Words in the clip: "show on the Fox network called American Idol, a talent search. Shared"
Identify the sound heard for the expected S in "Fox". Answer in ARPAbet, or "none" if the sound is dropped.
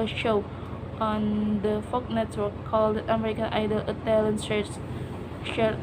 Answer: none